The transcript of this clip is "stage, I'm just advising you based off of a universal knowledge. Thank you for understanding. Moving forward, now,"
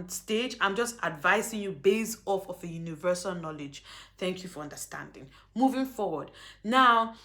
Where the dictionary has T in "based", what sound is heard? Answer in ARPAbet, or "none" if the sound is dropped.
none